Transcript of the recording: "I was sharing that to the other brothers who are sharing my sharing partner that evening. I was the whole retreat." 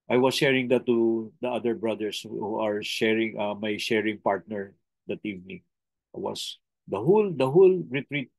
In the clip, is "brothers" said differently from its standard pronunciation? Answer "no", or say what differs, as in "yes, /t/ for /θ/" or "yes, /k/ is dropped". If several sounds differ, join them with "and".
yes, /s/ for /z/